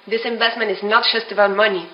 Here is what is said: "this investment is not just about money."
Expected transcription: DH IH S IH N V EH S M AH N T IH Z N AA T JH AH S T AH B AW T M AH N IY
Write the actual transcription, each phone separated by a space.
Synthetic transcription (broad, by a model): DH IH S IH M V EH S M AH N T IH Z N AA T ZH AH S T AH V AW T M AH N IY